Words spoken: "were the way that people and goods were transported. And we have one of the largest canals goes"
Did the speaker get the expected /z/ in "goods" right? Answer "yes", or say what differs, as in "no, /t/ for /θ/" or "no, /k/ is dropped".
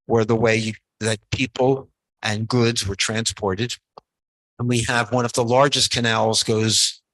yes